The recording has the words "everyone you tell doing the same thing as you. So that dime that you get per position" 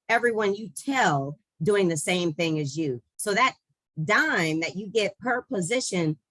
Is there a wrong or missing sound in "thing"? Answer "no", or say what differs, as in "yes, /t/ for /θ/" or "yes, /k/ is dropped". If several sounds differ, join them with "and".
no